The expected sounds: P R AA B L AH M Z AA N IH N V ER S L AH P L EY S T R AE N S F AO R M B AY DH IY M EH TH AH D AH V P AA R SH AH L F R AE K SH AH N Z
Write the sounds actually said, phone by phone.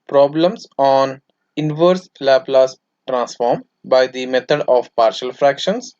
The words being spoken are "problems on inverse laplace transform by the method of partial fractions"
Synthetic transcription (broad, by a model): P R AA B L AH M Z AA N IH N V ER S L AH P L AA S T R AE N S F AO R M B AY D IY M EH T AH D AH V P AA R SH AH L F R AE K SH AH N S